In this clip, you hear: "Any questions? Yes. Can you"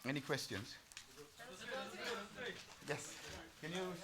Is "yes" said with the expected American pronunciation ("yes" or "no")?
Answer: yes